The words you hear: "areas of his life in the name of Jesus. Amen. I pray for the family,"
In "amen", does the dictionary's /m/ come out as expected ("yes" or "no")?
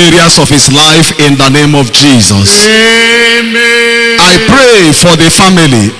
no